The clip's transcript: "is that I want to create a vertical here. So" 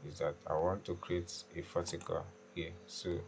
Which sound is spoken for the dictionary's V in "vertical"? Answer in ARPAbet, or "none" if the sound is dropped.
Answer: F